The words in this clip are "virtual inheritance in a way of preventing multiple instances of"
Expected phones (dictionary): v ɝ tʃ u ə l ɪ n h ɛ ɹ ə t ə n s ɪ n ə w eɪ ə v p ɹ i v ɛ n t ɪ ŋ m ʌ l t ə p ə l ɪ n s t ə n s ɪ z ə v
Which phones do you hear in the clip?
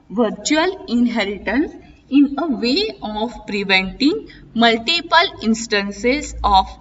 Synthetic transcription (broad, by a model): v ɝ tʃ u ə l ɪ n h ɛ ɹ ə t ə n s ɪ n ə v eɪ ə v p ɹ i v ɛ n t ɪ ŋ m ʌ l t ə p ə l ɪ n s t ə n s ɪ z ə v